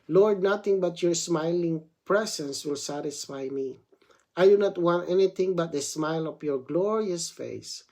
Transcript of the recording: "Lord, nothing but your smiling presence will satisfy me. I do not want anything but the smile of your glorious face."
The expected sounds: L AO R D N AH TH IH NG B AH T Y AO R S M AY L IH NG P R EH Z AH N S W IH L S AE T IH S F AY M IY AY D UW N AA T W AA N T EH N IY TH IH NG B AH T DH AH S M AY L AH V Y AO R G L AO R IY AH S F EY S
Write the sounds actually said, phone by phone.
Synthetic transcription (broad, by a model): L AO R D N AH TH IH NG B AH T Y AO R S M AY L IH NG P R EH S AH N S W IH L S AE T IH S F AY M IY AY D UW N AA T W AA N T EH N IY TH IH NG B AH T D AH S M AY L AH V Y AO R G L AO R IY AH S F EY S